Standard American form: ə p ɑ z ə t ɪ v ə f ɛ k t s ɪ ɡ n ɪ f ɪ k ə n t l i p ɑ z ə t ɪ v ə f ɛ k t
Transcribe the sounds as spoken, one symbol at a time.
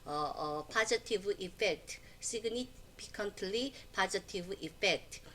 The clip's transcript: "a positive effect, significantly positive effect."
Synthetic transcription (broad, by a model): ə p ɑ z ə t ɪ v ə f ɛ k t s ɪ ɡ n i p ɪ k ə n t l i p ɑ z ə t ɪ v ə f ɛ k t